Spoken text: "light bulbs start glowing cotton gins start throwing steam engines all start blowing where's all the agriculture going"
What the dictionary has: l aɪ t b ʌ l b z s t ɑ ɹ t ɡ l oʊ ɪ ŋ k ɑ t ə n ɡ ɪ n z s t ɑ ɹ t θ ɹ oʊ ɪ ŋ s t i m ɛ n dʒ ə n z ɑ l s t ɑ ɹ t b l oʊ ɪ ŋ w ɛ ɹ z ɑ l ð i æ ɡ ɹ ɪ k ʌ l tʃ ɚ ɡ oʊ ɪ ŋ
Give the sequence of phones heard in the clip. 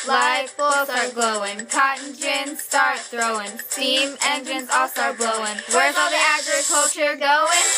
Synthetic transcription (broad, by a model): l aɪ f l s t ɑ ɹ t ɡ l oʊ ɪ ŋ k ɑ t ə n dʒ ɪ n s t ɑ ɹ t θ ɹ oʊ ɪ ŋ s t i m ɛ n dʒ ə n z ɑ l s t ɑ ɹ t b l oʊ ɪ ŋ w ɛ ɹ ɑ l ð i æ ɡ ɹ ɪ k ʌ l tʃ ɚ ɡ oʊ ɪ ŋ